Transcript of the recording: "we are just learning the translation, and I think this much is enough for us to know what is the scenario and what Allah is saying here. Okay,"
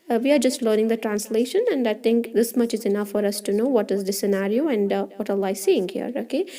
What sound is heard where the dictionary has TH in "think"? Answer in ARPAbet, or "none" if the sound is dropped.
T